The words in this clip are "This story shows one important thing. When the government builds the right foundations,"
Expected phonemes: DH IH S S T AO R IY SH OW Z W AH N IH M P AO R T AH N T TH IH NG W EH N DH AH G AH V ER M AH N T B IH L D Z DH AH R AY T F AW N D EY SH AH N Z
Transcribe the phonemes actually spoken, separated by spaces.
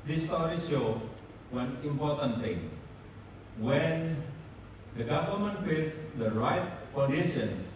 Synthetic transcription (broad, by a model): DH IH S S T AO R IY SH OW W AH N IH M P AO R T AH N T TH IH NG W EH N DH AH G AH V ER M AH N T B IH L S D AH R AY T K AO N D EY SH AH N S